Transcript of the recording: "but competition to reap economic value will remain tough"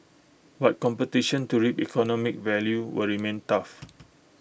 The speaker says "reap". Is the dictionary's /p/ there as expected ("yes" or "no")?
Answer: yes